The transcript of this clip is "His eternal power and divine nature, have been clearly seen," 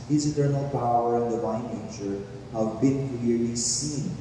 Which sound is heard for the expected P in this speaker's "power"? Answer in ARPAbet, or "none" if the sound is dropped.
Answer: P